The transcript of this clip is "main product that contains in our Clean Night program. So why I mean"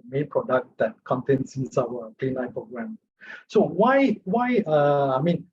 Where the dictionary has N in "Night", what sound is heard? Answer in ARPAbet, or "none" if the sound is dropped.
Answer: L